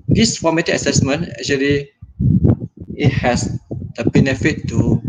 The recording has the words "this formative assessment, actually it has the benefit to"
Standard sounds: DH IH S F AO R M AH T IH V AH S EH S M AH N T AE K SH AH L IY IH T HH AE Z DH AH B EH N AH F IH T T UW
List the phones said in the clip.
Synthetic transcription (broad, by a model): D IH S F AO M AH T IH AH S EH S M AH N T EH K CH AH L IY IH T HH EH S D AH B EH N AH F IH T T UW